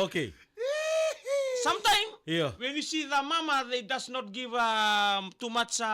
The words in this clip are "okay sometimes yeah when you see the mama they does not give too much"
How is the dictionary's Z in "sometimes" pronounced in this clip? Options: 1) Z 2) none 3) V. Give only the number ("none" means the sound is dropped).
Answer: 2